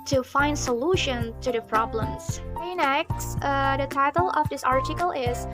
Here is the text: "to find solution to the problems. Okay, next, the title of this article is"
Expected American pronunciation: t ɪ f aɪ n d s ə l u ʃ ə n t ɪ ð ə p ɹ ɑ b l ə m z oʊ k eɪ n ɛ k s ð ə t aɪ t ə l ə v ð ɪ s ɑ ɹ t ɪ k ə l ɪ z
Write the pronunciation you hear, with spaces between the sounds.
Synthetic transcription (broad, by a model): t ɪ f aɪ n d s ə l u ʃ ə n t ɪ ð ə p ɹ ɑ b l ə m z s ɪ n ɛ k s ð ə t aɪ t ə l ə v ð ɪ s ɑ ɹ t ɪ k ə l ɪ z